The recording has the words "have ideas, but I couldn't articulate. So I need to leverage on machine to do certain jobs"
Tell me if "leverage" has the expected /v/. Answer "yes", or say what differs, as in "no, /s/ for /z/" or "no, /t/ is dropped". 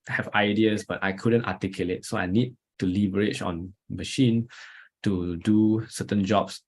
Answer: no, /b/ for /v/